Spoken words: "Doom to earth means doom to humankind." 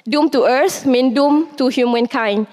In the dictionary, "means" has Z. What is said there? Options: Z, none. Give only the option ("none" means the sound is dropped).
none